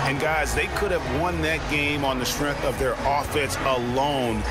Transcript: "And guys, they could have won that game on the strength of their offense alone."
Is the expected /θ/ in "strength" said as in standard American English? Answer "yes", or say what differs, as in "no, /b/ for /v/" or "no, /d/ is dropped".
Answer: yes